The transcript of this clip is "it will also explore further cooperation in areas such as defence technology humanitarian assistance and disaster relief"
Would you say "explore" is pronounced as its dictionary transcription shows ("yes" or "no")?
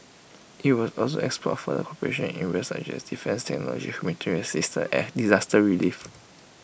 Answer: no